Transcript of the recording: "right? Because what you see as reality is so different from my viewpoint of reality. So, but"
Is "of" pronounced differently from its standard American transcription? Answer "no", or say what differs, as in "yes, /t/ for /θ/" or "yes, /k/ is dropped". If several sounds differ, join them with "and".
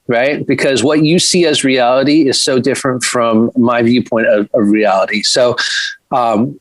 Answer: no